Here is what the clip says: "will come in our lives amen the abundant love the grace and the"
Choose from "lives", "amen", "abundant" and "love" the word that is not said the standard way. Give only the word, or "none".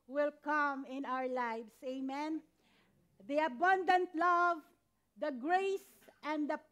lives